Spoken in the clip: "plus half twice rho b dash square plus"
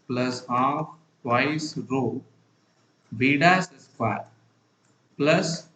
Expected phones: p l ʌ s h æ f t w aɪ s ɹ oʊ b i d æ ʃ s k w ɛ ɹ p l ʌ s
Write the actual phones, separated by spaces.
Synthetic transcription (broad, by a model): p l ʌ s h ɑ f t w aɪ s ɹ oʊ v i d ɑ s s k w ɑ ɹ p l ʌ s